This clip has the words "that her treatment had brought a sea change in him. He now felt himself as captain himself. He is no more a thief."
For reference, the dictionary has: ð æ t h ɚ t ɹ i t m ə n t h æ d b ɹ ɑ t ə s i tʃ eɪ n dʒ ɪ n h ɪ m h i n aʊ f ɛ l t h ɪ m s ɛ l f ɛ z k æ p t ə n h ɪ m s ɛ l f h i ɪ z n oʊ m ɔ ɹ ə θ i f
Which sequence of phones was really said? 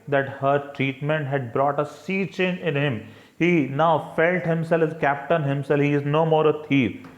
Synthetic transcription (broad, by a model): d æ t h ɚ t ɹ i t m ə n t h æ d b ɹ ɑ t ə s i tʃ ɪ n ɪ n h ɪ m h i n aʊ f ɛ l t h ɪ m s ɛ l f k æ p t ə n h ɪ m s ɛ l f h i ɪ z n oʊ m ɔ ɹ ə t i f